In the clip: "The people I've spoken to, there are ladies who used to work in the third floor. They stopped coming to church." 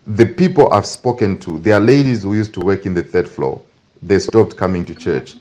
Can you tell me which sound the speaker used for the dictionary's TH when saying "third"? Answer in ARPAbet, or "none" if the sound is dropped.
TH